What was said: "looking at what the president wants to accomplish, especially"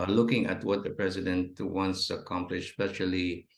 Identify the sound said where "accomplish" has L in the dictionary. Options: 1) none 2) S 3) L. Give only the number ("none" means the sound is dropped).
3